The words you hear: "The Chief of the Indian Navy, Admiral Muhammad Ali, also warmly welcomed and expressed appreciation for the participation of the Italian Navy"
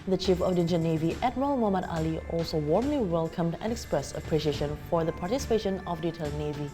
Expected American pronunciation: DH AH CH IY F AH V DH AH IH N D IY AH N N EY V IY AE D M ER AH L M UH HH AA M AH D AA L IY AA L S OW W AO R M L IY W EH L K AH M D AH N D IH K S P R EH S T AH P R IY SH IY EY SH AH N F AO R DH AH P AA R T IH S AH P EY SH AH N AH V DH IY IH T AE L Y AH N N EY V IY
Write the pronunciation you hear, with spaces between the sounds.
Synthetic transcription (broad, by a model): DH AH CH IY F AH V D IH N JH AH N N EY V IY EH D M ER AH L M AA M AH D AA L IY AA L S OW W AO R M L IY W EH L K AH M D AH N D IH K S P R EH S T AH P R IY SH IY EY SH AH N F AO R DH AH P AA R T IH S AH P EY SH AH N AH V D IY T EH L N N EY V IY